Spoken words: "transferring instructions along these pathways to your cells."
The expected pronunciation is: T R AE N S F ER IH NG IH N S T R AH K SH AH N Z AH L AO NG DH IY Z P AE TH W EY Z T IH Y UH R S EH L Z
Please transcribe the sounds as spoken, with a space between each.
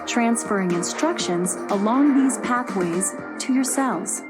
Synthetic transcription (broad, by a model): T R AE N S F ER IH NG IH N S T R AH K SH AH N Z AH L AO NG DH IY Z P AE TH W EY Z T IH Y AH R S EH L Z